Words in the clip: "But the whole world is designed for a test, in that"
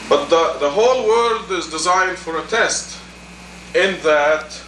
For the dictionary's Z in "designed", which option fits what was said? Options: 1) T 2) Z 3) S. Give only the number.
2